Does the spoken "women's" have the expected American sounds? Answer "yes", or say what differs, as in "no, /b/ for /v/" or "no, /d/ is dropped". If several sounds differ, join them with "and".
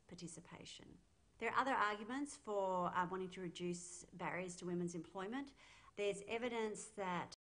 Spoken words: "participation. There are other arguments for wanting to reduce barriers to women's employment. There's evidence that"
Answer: yes